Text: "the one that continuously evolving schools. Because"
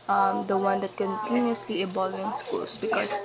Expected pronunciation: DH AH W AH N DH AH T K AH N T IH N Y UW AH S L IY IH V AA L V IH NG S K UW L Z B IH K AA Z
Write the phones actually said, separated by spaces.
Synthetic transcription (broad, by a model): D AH W AH N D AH T K AH N T IH N Y UW AH S L IY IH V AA L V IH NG S K UW L S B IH K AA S